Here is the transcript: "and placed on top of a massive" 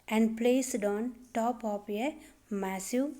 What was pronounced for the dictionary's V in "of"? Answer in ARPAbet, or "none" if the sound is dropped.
P